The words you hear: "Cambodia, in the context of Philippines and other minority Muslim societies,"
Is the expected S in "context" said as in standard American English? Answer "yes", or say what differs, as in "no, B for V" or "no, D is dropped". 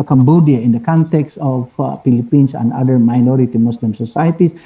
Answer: yes